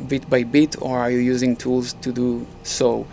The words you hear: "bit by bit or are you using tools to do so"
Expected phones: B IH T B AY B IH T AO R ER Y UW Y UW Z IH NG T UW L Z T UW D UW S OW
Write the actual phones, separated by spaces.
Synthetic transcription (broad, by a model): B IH T B AY B IH T AO R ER Y UW Y UW Z IH NG T UW L Z T UW D UW S OW